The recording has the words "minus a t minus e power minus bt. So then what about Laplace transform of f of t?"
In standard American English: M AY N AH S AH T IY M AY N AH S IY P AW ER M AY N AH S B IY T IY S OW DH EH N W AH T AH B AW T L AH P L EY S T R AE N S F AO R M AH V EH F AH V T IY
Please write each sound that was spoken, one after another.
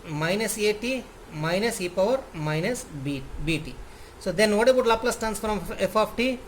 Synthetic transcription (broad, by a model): M AY N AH S AH T IY M AY N AH S IY P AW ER M AY N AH S B IY T IY S OW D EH N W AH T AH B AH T L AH P L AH S T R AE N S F R AH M EH F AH F T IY